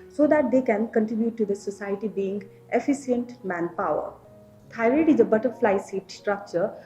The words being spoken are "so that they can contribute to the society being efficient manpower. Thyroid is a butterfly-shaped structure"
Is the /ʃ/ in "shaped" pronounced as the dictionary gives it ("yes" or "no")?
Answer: no